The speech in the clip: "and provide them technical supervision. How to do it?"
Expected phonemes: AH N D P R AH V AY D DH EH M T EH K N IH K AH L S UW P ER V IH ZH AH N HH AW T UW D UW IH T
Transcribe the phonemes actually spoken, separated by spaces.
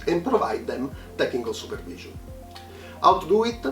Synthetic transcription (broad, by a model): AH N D P R AH V AY D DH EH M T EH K IH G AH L S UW P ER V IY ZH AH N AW T UW D UW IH T